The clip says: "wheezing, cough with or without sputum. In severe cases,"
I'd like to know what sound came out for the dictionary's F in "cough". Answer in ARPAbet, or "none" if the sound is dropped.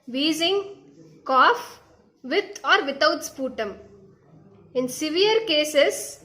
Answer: F